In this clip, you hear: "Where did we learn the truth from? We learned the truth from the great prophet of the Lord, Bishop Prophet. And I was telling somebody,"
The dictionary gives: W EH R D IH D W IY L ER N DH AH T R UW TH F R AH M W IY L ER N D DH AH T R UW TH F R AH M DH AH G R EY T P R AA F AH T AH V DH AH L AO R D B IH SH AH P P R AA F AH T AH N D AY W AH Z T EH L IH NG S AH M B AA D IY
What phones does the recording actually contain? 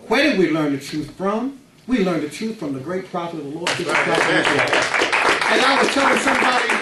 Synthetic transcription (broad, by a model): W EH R D IH D W IY L ER N DH AH T R UW TH F R AH M W IY L ER N DH AH T R UW TH F R AH M DH AH G R EY T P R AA AH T AH V DH AH L AO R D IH AH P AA AH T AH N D AY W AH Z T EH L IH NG S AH M B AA D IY